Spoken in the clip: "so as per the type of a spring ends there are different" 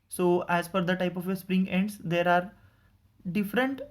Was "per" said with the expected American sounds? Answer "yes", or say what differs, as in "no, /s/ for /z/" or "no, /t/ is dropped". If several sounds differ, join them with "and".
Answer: no, /f/ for /p/